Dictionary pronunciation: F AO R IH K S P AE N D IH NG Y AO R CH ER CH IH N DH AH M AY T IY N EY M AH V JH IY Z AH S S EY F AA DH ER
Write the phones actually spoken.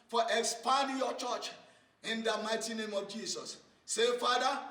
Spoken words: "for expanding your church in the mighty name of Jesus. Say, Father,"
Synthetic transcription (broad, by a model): F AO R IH K S P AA N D Y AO CH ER CH IH N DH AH M AY T IY N EY M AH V JH IY S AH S S EY F AA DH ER